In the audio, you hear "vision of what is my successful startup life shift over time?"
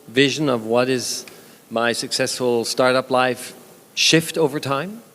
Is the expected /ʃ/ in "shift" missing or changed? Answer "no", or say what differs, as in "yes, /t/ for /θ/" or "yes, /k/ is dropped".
no